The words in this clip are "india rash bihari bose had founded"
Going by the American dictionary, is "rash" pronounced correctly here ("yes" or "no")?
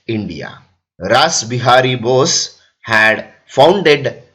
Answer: no